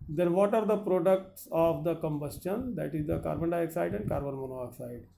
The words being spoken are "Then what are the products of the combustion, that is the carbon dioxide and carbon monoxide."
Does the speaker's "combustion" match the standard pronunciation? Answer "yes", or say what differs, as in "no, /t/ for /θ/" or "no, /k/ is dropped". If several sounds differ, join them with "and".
yes